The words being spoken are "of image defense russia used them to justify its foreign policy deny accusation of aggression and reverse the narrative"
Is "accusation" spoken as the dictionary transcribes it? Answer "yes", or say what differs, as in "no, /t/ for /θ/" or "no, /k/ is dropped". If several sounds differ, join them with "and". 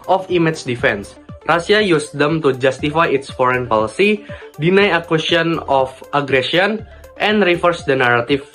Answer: no, /s/ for /z/ and /ʃ/ is dropped